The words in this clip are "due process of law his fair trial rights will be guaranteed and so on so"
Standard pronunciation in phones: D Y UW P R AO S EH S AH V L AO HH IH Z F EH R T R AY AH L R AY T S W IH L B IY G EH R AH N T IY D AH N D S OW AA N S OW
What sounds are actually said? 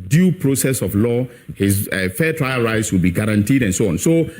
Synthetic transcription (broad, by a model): D Y UW P R AO S EH S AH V L AO HH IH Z F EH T R AY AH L R AY T S W IH L B IY G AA R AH N T IY D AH N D S OW AA N S OW